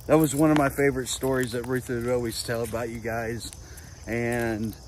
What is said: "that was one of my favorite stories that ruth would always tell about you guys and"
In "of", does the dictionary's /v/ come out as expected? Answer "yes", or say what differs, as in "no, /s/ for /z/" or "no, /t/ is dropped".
yes